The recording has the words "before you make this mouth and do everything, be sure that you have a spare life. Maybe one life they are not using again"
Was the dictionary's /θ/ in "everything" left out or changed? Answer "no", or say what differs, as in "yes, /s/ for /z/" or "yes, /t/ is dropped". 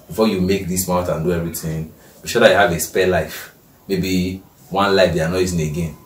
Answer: yes, /t/ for /θ/